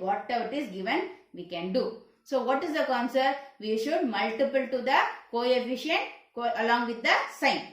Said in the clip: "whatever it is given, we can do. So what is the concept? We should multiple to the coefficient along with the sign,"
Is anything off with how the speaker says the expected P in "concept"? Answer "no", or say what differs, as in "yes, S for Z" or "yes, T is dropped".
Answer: yes, P is dropped